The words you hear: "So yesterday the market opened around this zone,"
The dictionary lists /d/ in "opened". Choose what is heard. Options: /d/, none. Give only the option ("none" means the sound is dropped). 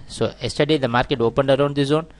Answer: /d/